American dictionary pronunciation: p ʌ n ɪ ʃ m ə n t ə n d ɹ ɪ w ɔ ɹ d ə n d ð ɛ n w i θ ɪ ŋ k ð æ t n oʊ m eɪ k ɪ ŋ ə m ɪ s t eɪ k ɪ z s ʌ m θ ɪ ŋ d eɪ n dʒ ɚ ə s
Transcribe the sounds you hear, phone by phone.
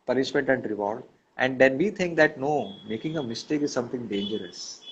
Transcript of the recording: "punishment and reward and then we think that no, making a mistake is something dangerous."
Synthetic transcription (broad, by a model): p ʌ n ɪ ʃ m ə n t ə n d ɹ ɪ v ɔ ɹ d ə n d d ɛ n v i t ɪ ŋ k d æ t n oʊ m eɪ k ɪ ŋ ə m ɪ s t eɪ k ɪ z s ʌ m t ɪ ŋ d eɪ n dʒ ɚ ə s